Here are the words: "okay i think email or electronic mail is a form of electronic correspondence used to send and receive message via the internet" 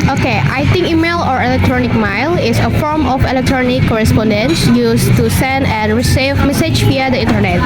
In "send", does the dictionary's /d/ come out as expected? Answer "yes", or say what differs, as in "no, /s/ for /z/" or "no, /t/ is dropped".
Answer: yes